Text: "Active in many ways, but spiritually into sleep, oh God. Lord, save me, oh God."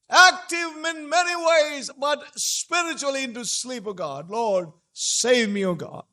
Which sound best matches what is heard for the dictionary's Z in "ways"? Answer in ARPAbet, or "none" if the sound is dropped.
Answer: Z